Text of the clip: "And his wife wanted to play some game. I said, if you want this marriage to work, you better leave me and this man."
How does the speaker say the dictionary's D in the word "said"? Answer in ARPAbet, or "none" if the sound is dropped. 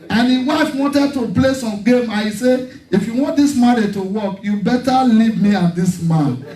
none